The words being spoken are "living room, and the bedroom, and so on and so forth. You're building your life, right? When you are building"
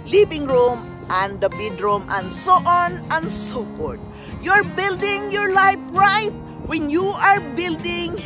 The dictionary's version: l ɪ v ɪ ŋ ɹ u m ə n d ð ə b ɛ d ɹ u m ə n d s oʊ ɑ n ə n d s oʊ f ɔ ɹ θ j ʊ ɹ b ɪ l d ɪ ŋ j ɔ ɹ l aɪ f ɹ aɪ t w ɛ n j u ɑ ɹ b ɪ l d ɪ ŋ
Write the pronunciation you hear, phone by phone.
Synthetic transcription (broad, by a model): l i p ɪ ŋ ɹ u m ə n d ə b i d ɹ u m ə n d s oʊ ɑ n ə n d s oʊ p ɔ ɹ t j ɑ ɹ b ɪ l d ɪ ŋ j ɔ ɹ l aɪ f ɹ aɪ t w ɛ n j u ɑ ɹ b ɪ l d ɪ ŋ